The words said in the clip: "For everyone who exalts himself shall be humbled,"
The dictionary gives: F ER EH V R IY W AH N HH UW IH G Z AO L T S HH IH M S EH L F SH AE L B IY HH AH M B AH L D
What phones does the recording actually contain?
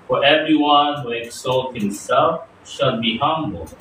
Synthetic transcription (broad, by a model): F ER EH V R IY W AH N HH UW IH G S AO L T HH IH M S EH L F SH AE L B IY HH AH M B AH L